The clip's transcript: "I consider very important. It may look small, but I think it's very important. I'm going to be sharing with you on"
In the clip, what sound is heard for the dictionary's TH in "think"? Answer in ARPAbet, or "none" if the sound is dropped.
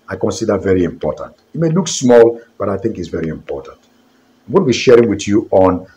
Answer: TH